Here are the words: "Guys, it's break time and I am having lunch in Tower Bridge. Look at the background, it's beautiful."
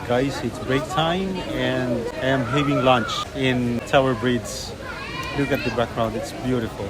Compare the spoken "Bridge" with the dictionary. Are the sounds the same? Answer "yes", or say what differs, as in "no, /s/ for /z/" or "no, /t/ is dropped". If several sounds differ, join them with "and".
no, /z/ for /dʒ/